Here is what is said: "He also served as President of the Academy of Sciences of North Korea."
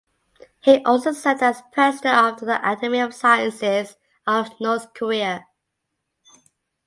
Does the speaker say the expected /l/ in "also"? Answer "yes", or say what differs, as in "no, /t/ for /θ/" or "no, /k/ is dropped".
yes